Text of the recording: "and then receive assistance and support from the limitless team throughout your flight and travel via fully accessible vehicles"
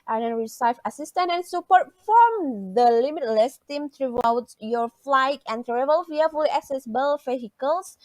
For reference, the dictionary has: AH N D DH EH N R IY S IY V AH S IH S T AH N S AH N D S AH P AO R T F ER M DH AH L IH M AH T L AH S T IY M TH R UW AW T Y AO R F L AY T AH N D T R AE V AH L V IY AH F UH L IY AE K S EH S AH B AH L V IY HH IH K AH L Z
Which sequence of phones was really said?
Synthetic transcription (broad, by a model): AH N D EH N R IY S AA F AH S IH S T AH N AH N S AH P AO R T F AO M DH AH L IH M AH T L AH S T IY M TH R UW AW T Y AO R F L AY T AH N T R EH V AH L F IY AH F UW L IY AE K S EH S AH B AH L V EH HH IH K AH L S